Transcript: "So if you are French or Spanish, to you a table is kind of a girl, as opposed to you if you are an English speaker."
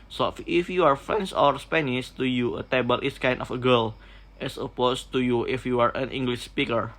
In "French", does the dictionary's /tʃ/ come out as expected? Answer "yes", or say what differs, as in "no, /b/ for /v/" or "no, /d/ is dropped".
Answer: no, /s/ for /tʃ/